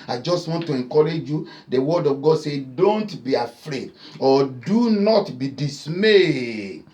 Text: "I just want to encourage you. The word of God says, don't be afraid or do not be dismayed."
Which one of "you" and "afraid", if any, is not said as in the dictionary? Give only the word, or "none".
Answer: none